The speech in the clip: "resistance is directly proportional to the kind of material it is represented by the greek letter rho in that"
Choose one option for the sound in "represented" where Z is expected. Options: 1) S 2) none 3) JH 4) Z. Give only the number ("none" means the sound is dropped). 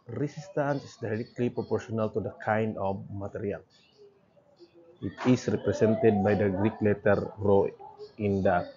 1